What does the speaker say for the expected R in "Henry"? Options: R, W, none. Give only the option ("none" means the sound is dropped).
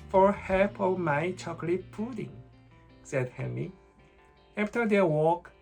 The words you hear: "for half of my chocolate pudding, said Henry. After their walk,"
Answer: none